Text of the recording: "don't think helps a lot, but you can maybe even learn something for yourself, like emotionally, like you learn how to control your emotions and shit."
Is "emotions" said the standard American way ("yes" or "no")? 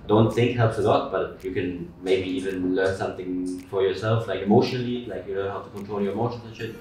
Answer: no